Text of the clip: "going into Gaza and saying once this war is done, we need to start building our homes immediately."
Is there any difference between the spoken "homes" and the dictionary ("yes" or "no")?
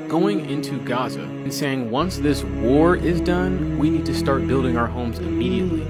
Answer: no